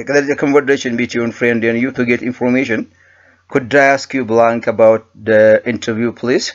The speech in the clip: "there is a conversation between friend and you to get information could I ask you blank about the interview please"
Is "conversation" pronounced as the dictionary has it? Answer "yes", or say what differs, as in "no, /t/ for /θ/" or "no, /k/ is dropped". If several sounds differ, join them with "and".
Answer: no, /s/ is dropped